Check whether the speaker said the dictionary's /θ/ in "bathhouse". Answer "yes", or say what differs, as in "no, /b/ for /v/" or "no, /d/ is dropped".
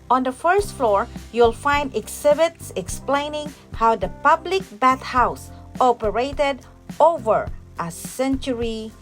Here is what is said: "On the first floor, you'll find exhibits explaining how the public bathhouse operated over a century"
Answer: no, /t/ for /θ/